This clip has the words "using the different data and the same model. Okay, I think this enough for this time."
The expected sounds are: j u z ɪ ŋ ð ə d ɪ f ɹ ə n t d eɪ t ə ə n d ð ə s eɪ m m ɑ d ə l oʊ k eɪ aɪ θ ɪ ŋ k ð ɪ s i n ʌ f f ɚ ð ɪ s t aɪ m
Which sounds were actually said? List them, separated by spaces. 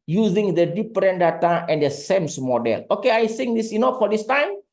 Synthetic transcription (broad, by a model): j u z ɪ ŋ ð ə d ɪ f ɹ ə n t d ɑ t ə ə n d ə s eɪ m m ɑ d ə l oʊ k eɪ aɪ s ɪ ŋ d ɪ s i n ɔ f f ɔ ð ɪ s t aɪ m